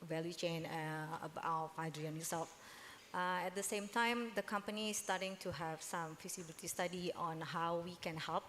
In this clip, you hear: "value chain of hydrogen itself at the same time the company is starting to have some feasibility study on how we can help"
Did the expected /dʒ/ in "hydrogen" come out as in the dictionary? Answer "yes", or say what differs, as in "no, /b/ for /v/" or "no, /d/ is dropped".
no, /dʒ/ is dropped